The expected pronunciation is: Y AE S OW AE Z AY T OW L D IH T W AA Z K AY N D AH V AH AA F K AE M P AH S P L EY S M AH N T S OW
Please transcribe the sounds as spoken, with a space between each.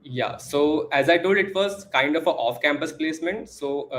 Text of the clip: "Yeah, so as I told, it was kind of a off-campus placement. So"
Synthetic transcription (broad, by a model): Y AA S OW AE Z AY T OW L D IH T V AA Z K AY N D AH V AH AA F K AE M P AH S P L EY S M AH N T S OW